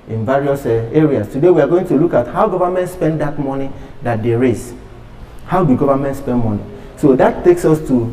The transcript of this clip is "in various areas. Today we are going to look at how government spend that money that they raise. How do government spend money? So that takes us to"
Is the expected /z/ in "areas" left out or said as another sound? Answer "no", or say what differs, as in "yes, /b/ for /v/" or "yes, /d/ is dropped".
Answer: yes, /s/ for /z/